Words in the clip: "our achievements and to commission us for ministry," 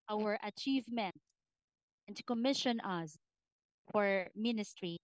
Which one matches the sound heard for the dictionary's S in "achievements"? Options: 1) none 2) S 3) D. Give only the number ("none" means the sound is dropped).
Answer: 1